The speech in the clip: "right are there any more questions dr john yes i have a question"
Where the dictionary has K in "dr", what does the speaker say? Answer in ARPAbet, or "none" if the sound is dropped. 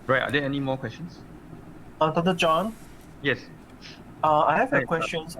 none